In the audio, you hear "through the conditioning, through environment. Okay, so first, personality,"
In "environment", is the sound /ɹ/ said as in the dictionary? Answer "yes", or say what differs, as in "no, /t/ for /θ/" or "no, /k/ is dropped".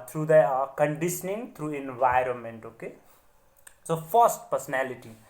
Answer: yes